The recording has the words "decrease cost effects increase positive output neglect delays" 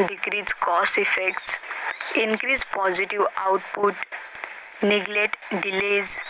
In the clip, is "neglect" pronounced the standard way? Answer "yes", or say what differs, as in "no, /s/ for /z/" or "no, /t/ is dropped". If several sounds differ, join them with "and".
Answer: no, /k/ is dropped